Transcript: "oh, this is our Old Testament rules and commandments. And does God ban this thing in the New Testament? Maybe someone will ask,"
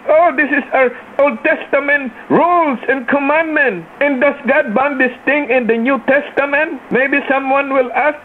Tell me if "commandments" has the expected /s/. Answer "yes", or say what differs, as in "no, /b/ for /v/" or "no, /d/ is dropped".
no, /s/ is dropped